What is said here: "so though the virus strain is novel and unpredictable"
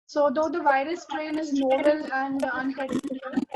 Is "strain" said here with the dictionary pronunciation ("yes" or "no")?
no